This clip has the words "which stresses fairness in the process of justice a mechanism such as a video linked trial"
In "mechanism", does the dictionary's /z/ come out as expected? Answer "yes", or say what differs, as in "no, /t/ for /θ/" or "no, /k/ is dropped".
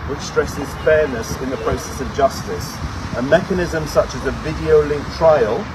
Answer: yes